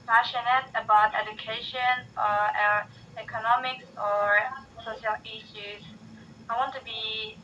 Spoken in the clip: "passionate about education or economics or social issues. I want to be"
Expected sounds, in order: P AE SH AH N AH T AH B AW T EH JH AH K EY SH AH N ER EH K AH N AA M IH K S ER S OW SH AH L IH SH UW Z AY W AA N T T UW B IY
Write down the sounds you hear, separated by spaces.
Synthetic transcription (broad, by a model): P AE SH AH N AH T AH B AW T EH JH AH K EY SH AH N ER EH K AH N AA M IH K S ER S OW SH AH L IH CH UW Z AY W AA N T T UW B IY